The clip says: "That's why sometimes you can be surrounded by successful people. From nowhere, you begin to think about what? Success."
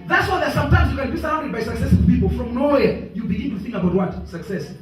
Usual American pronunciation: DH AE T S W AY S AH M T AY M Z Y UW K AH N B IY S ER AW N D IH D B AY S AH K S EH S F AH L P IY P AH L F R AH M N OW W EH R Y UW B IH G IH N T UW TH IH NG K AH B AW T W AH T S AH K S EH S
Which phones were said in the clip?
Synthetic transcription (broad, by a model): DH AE T S W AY S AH M T AY M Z Y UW K AH N B IY S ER AW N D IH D B AY S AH K S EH S AH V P IY P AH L F R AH M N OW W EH Y UW B IH G IH N T UW TH IH NG K AH B AW T W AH T S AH K S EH S